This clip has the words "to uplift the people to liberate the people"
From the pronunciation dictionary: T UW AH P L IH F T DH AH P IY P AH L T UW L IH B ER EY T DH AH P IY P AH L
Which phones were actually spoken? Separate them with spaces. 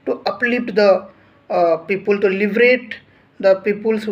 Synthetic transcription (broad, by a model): T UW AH P L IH T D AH P IY P AH L T UW L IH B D EY T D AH P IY P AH L